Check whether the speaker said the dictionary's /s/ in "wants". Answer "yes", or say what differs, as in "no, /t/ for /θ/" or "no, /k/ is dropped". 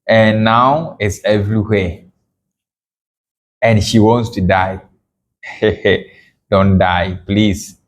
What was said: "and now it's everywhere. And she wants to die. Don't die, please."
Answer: yes